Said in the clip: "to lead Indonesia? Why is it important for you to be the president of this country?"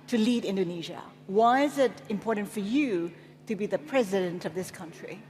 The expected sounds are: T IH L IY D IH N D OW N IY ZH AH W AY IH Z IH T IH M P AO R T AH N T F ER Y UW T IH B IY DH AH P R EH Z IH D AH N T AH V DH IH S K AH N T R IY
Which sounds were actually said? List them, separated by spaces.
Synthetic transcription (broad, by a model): T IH L IY D IH N D OW N IY ZH AH W AY IH Z IH T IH M P AO R T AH N T F ER Y UW T IH B IY DH AH P R EH Z IH D AH N T AH V DH IH S K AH N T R IY